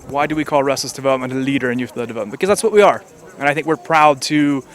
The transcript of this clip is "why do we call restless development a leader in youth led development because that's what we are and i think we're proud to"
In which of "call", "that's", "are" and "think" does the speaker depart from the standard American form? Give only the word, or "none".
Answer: none